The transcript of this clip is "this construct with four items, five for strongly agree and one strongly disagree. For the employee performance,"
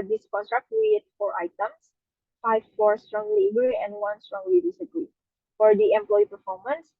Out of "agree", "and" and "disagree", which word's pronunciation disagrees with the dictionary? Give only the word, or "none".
agree